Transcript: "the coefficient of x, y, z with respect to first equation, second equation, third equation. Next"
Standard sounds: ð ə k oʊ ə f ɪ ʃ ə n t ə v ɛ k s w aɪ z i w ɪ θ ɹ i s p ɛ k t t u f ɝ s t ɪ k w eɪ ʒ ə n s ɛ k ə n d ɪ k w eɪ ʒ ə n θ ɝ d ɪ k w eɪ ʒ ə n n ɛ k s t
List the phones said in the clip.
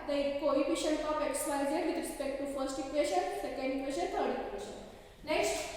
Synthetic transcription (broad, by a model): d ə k oʊ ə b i ʃ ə n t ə p ɛ k s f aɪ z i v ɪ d ɹ i s p ɛ k t t u f ɝ s t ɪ k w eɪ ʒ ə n s ɛ k ə n d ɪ k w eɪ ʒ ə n t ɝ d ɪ k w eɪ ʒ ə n n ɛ k s t